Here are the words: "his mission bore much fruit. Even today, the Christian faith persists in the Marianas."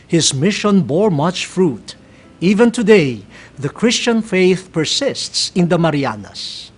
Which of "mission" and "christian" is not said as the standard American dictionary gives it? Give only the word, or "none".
none